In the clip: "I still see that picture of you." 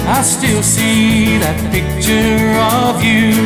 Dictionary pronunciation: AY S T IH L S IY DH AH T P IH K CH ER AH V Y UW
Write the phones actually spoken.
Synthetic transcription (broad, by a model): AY S T IH L S IY DH AH T P IH K CH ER AH V Y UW